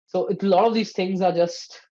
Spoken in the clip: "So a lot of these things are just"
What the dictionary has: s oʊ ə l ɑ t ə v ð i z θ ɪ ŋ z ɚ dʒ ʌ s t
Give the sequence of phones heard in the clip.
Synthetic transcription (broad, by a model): s oʊ ə l ɑ t ə v ð i z θ ɪ ŋ z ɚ dʒ ʌ s t